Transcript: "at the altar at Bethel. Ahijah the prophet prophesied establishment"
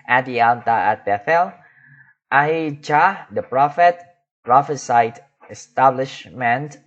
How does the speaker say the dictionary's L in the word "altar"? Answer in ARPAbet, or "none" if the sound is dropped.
N